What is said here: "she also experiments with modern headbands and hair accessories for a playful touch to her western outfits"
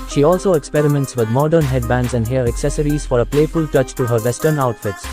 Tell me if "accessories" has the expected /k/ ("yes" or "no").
yes